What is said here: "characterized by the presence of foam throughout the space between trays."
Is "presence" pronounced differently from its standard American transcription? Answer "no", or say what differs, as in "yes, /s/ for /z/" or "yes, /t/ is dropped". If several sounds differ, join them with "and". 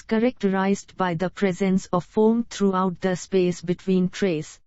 no